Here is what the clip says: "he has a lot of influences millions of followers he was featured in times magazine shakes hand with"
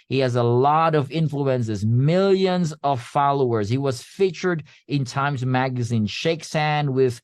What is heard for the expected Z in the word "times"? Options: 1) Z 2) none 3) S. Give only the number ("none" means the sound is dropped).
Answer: 1